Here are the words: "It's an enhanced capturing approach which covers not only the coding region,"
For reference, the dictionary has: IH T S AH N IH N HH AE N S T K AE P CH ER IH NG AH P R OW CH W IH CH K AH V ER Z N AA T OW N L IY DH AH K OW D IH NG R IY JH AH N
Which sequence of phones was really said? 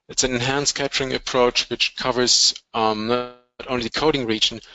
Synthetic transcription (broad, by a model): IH T S AH N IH N HH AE N S K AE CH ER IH NG AH P R OW CH W IH CH K AH V ER Z N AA T OW N L IY DH AH K OW D IH NG R IY JH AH N